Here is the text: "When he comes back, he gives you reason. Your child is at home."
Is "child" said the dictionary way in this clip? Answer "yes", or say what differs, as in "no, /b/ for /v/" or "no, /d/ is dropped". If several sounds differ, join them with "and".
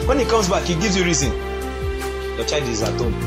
no, /l/ is dropped